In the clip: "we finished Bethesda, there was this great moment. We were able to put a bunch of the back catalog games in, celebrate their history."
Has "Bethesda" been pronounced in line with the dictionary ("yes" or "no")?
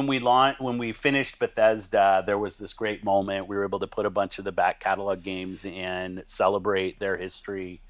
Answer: yes